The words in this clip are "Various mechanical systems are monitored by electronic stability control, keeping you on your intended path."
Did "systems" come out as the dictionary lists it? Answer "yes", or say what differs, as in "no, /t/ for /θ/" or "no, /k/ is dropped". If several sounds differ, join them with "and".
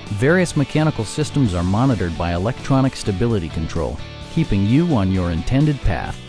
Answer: yes